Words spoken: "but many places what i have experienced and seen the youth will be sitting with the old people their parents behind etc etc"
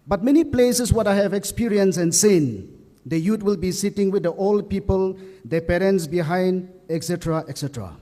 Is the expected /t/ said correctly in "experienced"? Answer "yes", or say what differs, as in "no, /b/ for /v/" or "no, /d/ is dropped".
no, /t/ is dropped